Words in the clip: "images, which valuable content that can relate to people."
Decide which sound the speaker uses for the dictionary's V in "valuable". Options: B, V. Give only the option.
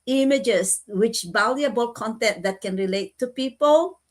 B